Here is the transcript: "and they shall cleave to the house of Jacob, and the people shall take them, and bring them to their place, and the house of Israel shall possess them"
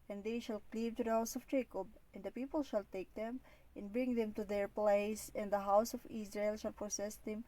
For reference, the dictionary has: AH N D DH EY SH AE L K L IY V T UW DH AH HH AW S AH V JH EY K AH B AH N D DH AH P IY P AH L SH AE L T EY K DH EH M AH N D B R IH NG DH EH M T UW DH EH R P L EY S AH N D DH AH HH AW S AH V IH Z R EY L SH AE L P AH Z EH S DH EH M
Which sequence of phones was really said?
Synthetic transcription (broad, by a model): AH N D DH EY SH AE L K L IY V T UW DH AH HH AW S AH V JH EY K AH B AH N D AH P IY P AH L SH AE L T EY K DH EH M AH N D B R IH NG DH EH M T UW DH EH R P L EY S AH N D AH HH AW S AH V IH S R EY L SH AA L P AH S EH S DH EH M